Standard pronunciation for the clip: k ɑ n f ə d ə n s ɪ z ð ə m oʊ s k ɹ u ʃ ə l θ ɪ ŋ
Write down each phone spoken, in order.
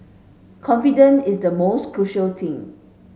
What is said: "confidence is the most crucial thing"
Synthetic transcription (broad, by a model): k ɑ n f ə d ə n ɪ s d ə m oʊ s k ɹ u ʃ ə l t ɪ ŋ